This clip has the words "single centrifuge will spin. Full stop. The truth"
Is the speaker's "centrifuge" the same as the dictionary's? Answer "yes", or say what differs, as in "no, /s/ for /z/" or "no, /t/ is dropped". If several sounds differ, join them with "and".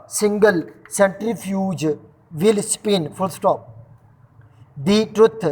yes